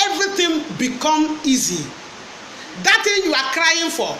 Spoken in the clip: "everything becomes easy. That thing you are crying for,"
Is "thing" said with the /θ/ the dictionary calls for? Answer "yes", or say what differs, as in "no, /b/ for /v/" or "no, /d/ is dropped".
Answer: no, /t/ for /θ/